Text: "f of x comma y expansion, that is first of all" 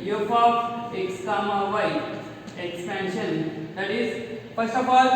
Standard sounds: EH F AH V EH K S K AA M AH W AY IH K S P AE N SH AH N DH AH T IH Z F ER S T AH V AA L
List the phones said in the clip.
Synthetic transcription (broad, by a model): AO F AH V EH K S K AA M AH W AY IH K S P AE N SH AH N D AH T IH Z P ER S AH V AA